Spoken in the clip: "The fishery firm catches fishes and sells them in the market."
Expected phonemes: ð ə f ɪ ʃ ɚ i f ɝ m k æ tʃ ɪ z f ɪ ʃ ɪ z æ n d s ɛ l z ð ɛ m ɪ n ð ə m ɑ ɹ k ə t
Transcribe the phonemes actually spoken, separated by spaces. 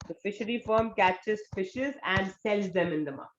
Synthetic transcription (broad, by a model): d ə f ɪ ʃ ɚ i f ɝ m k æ tʃ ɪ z f ɪ ʃ ɪ z æ n d s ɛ l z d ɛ m ɪ n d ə m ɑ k